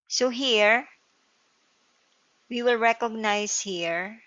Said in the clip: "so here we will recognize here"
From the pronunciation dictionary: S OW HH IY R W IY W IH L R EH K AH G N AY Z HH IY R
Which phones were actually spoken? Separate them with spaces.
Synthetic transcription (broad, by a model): S OW HH IY R W IY W IH L R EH K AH G N AY S HH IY R